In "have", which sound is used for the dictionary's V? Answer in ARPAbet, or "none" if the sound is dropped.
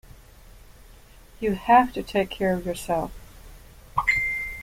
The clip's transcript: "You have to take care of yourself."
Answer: F